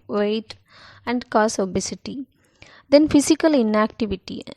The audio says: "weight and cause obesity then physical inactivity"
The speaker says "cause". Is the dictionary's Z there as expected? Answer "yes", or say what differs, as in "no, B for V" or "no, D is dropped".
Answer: no, S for Z